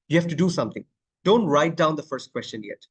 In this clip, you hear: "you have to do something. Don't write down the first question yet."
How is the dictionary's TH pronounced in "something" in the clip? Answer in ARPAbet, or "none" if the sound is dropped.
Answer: T